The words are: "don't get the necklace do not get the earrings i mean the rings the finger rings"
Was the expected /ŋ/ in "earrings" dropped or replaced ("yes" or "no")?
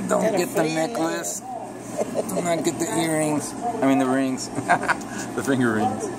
no